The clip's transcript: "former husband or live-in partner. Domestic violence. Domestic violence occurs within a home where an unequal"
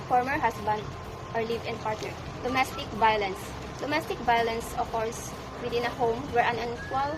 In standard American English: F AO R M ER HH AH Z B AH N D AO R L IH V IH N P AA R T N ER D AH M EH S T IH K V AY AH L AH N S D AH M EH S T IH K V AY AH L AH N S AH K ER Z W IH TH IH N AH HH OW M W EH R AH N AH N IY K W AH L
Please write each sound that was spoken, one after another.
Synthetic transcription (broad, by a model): F AO R M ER HH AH S B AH N D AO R L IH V IH N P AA R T ER D AH M EH S T IH K V AY AH L AH N S D AH M EH S T IH K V AY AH L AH N S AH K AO S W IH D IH N AH HH OW M W EH R AH N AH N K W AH L